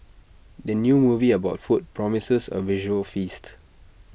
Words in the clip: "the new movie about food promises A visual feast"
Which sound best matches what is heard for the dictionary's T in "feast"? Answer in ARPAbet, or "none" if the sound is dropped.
T